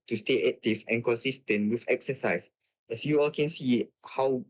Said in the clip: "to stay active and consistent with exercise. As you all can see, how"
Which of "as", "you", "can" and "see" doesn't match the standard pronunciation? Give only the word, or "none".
as